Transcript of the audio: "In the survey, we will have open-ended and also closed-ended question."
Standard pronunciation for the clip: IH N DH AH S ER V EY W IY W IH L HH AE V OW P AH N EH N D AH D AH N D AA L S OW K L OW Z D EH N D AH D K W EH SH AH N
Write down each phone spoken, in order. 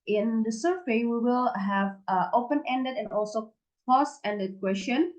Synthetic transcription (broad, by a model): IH N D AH S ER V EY W IY W IH L HH AE V OW P AH N EH N D AH D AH N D AA L S OW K OW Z EH N D AH D K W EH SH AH N